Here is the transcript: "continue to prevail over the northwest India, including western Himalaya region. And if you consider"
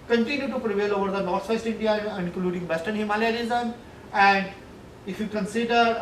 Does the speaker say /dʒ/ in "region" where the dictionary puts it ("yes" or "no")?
no